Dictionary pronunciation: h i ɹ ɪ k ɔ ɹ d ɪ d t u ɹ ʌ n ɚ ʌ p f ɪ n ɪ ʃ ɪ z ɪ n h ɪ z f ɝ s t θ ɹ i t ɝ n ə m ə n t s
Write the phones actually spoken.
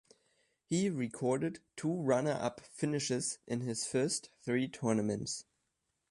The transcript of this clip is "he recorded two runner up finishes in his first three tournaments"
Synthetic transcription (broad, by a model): h i ɹ ɪ k ɔ ɹ d ɪ d t u ɹ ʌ n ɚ ʌ p f ɪ n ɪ ʃ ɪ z ɪ n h ɪ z f ɝ s t θ ɹ i t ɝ n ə m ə n t s